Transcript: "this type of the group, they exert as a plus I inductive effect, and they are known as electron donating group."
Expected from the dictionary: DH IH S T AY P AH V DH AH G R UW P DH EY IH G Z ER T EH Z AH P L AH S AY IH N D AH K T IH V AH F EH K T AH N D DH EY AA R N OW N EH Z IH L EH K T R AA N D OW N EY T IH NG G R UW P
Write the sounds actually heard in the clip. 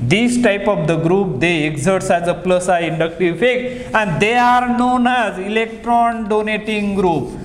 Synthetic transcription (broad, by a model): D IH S T AY P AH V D AH G R UW P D EY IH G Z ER T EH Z AH P L AH S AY IH N D AH K T IH V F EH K AH N D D EY AA R N OW N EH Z IH L EH K T R AA N D OW N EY T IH NG G R UW P